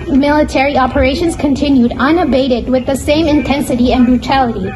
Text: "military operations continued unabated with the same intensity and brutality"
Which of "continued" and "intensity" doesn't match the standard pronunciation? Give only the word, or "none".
none